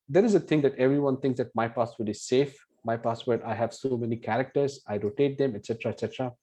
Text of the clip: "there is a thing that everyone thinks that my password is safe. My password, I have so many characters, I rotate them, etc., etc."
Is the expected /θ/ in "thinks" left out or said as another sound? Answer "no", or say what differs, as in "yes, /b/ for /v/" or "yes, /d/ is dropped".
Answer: yes, /t/ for /θ/